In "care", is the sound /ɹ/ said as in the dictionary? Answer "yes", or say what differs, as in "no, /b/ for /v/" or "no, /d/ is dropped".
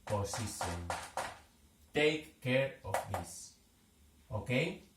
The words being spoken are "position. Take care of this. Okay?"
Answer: yes